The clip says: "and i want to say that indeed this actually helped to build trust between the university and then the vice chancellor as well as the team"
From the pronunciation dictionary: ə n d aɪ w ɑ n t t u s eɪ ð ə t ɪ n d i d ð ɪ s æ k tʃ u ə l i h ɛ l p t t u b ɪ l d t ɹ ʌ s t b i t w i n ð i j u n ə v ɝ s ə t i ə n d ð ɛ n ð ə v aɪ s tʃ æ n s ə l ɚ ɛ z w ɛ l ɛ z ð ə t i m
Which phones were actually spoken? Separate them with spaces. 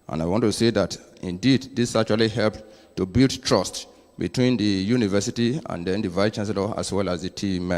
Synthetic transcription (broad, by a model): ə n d aɪ w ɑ n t t u s eɪ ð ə t ɪ n d i d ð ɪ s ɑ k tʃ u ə l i h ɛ l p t t u b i l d t ɹ ʌ s t b i t w i n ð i j u n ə v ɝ s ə t i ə n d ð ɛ n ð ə v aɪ tʃ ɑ n s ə l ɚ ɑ s w ɛ l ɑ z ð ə t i m